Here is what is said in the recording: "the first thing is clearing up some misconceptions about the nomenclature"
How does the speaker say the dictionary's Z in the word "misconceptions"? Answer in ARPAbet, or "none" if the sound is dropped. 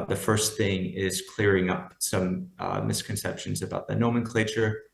Z